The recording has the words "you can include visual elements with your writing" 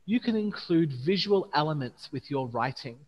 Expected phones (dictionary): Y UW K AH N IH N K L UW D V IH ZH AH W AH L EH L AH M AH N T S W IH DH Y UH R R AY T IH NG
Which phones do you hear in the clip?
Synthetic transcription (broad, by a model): Y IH K AH N IH N K L UW D V IH ZH AH W AH L EH L AH M AH N T S W IH DH Y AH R R AY T IH NG